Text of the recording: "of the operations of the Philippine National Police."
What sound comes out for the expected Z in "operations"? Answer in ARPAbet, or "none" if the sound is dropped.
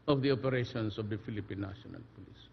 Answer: S